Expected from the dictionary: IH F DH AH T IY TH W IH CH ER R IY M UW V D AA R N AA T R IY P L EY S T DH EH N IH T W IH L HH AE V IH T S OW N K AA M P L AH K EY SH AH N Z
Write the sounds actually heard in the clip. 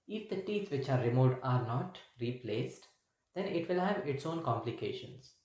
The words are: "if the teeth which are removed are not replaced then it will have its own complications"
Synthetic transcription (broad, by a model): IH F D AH T IY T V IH CH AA R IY M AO D AA R N AA T R IY P L EY S T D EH N IH T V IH L HH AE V IH T S OW N K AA M P L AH K EY SH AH N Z